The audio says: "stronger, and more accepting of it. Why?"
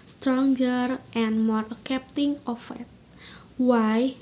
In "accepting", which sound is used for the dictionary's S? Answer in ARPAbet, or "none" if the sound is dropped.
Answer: none